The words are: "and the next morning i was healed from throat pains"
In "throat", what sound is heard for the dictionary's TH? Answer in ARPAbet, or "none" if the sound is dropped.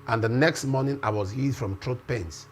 T